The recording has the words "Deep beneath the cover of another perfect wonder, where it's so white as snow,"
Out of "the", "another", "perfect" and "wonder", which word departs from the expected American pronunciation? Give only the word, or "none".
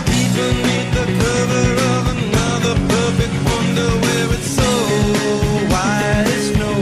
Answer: none